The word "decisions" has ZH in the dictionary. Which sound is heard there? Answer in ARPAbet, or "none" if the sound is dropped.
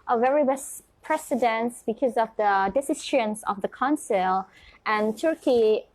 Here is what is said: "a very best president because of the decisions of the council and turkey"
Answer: SH